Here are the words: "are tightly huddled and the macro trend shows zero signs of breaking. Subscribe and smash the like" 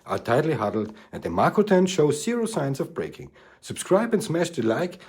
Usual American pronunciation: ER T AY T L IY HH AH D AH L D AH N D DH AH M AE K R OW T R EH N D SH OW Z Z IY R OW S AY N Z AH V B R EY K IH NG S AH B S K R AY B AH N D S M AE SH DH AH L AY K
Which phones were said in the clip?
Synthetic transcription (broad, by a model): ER T AY T L IY HH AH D L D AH N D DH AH M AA K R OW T EH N SH OW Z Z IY R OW S AY N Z AH V B R EY K IH NG S AH B S K R AY B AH N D S M AE SH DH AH L AY K